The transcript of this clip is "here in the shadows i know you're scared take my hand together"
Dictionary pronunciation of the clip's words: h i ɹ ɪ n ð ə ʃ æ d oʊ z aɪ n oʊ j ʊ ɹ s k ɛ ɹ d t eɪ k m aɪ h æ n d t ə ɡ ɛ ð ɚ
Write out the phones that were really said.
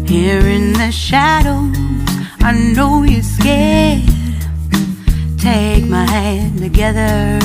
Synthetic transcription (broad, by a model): h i ɹ ɪ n ð ə ʃ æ d oʊ aɪ n oʊ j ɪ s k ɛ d t eɪ k m aɪ h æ n t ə ɡ ɛ ð ɚ